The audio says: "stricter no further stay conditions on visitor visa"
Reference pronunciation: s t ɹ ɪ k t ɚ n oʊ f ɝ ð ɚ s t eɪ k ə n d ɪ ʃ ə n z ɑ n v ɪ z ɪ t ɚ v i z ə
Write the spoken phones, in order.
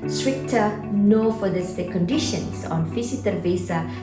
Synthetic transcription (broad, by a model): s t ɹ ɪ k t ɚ n oʊ f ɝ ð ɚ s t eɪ k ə n d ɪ ʃ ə n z ɑ n f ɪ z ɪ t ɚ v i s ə